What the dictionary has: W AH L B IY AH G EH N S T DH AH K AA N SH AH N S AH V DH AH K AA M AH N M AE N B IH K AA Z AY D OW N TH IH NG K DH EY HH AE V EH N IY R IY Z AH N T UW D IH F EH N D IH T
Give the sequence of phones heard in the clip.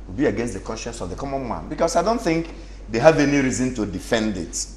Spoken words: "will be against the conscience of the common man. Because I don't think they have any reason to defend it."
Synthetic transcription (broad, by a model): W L B IY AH G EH N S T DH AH K AA N SH AH N S AH V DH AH K AA M AH N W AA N B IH K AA S AY D OW N TH IH NG K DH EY HH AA V EH N IY R IY Z AH N T UW D IH F EH N D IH T